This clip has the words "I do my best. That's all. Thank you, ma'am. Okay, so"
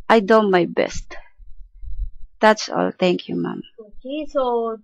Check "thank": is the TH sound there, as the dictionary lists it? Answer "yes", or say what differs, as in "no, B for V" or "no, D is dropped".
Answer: no, T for TH